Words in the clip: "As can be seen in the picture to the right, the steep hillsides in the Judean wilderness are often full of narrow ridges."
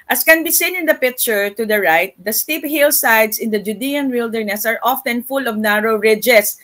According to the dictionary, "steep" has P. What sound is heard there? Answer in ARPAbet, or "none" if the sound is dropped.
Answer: P